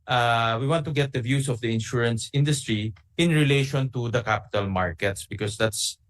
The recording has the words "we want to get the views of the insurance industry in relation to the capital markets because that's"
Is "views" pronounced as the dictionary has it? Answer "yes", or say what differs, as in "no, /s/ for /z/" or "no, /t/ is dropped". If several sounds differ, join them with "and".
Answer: no, /s/ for /z/